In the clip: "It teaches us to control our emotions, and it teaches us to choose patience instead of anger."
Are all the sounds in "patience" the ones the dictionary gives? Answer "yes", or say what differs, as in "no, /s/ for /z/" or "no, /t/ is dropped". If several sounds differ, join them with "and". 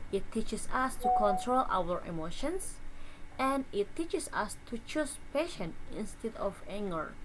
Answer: no, /s/ is dropped